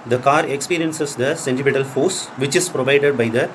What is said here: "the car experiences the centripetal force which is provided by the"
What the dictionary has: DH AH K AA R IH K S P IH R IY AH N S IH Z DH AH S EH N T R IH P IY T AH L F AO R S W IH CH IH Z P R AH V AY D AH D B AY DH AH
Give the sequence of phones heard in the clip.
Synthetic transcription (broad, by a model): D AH K AA R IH K S P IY R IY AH N S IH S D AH S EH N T IH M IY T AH L F AO S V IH CH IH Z P R AH V AY D AH D B AY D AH